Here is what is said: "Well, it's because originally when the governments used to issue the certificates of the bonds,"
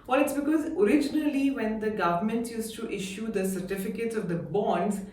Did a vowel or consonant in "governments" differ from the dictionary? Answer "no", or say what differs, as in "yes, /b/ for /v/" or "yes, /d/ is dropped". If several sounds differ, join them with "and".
yes, /s/ is dropped